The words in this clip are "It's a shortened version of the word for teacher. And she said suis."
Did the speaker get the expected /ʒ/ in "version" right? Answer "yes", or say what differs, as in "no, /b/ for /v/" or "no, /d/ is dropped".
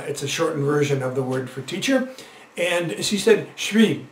yes